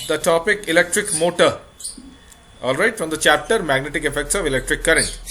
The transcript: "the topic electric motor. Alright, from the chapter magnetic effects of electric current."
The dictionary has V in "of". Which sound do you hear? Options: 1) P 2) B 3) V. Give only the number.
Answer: 3